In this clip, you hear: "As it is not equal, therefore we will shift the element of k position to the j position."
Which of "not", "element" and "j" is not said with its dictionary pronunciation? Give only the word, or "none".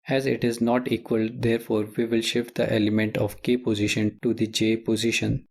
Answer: none